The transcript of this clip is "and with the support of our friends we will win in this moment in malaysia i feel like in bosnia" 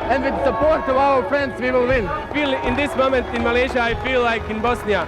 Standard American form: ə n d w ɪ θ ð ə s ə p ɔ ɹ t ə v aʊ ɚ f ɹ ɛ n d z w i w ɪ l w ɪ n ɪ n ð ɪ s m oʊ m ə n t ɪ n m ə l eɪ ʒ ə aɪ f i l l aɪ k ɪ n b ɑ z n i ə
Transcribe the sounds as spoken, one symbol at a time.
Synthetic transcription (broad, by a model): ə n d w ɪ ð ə s ə p ɔ ɹ t ə v aʊ ɚ f ɹ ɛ n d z w i w ɪ l w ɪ n ɪ n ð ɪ s m oʊ m ə n t ɪ n m ə l eɪ ʒ ə aɪ f i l l aɪ k ɪ n b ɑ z n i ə